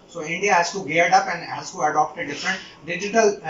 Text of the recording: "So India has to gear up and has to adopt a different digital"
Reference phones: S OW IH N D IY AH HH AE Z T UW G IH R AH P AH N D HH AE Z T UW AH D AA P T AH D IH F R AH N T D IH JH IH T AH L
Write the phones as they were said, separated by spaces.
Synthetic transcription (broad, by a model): S OW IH N D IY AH HH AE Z T UW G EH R AH P AH N D HH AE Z T UW AH D AA P T AH D IH F R AH N T D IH JH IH T AH L